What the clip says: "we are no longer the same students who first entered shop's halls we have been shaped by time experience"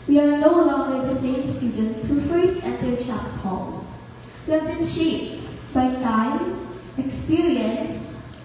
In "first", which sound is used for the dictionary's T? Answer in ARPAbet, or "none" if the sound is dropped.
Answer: none